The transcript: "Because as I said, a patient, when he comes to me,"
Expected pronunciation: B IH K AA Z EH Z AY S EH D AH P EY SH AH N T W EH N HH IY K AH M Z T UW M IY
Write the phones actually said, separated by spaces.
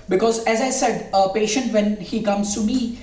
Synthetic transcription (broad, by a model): B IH K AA Z EH Z AY S EH D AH P EY SH AH N T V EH N HH IY K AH M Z T UW M IY